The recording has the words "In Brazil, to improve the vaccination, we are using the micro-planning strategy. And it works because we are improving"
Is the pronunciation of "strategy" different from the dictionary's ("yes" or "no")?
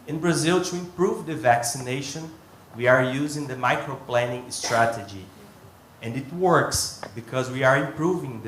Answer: no